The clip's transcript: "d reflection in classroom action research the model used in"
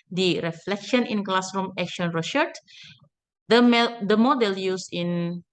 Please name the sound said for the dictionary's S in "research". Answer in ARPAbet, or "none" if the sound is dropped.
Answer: SH